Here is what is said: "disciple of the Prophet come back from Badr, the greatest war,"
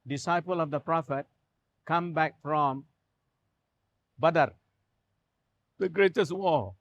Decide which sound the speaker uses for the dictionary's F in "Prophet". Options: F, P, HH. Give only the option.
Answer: F